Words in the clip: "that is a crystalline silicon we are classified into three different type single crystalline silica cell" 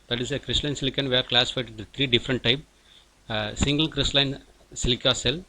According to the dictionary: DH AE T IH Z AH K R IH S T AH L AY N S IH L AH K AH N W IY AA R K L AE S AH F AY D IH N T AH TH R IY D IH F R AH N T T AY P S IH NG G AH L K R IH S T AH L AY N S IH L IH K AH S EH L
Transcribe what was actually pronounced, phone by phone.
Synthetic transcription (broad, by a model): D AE T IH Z AH K R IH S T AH L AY N S IH L AH K AH N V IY AA R K L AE S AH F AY IH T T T R IY D IH F R AH N T T AY P S IH NG G AH L K R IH S T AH L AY N S IH L IH K AH S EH L